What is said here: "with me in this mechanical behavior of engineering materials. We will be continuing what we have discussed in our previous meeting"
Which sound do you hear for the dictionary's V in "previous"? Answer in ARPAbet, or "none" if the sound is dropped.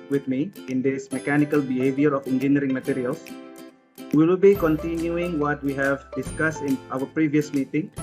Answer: V